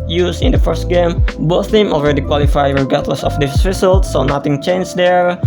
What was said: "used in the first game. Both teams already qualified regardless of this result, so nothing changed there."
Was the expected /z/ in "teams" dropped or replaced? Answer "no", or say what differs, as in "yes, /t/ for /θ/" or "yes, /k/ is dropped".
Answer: yes, /z/ is dropped